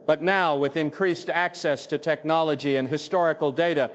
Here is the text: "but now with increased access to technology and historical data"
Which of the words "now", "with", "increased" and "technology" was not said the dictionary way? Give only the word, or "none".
none